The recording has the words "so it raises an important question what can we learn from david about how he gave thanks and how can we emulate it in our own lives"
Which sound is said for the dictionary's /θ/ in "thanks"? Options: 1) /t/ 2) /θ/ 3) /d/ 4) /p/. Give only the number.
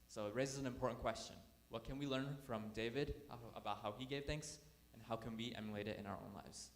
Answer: 2